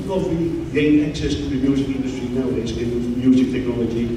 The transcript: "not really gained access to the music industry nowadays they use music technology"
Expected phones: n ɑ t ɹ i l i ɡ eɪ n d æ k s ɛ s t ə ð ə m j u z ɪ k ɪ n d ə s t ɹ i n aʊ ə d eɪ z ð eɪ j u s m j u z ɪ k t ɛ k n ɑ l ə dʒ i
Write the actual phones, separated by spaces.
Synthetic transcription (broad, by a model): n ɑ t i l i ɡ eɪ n ɛ k s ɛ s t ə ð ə m j u z ɪ k ɪ n d ə s t ɹ i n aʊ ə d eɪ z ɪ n m j u z ɪ k t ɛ k n ɑ l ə dʒ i